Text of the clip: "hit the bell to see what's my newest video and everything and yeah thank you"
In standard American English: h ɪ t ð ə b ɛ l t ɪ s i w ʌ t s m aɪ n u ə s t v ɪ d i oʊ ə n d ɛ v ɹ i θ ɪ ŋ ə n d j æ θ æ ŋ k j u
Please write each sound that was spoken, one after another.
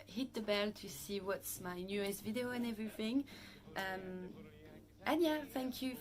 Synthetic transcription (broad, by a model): h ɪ t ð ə b ɛ l t ɪ s i w ʌ t s m aɪ n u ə s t v ɪ d i oʊ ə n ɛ v ɹ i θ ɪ ŋ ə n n j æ θ æ ŋ k j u